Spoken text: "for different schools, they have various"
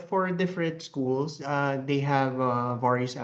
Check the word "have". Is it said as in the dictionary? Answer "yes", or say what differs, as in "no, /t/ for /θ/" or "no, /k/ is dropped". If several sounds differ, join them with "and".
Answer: yes